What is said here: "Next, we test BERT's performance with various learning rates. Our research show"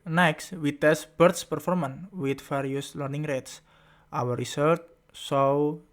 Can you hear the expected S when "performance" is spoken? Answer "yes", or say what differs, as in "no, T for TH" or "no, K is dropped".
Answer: no, S is dropped